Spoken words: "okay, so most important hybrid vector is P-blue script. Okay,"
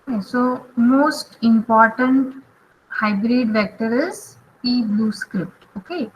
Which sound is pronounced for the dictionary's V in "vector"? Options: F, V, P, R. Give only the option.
V